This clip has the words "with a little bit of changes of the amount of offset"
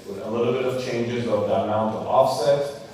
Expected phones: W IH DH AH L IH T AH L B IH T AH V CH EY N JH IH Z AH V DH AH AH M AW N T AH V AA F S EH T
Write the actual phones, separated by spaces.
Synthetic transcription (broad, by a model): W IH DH AH L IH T L B IH T AH V CH EY N JH IH Z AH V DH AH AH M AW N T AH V AA F S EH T